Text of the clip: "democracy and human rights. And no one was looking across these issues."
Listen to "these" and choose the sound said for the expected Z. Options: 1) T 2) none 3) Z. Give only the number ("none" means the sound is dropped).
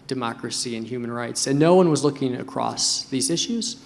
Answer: 3